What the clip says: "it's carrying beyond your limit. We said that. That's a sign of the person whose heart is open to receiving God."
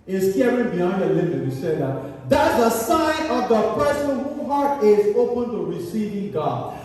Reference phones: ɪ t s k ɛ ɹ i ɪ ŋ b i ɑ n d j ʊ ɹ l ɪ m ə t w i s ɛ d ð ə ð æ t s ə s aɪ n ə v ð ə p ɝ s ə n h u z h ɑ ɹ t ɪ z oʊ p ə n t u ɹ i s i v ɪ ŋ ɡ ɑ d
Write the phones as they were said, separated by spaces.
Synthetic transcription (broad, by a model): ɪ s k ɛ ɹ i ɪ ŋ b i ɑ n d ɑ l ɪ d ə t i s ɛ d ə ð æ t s ə s aɪ n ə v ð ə p ɝ s ə n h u h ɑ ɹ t ɪ z oʊ p ə n t u ɹ i s i v ɪ ŋ ɡ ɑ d